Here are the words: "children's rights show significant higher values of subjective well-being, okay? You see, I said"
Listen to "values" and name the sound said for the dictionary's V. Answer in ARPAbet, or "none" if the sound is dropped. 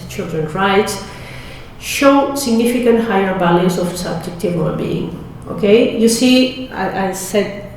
B